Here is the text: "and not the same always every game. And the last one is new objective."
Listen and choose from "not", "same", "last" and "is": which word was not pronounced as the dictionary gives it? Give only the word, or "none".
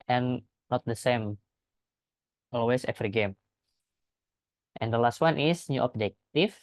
is